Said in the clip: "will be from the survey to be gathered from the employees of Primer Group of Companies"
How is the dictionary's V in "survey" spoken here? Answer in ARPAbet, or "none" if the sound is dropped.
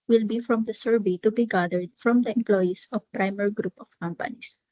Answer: B